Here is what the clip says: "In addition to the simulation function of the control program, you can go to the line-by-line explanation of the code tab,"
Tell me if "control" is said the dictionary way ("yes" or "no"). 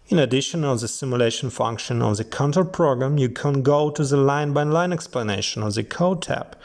no